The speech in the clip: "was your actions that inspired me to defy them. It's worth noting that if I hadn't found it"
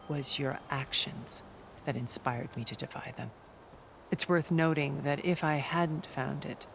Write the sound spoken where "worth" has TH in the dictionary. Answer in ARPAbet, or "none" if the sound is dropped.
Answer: TH